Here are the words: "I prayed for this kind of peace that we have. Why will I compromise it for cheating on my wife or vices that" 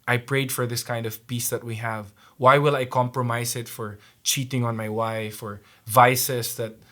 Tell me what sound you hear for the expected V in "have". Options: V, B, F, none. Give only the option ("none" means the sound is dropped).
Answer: V